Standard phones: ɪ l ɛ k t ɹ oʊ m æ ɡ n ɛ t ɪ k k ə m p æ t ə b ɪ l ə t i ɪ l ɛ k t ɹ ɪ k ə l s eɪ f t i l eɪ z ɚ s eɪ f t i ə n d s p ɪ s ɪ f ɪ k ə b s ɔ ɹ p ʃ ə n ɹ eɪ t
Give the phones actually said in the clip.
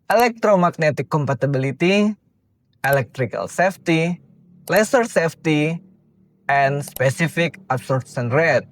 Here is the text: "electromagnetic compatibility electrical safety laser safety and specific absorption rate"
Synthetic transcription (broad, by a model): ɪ l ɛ k t ɹ oʊ m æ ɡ n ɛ t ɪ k k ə m p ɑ t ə b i l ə t i ɪ l ɛ k t ɹ ɪ k ə l s eɪ f t i l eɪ s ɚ s eɪ f t i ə n s p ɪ s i f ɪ k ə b s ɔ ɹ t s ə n ɹ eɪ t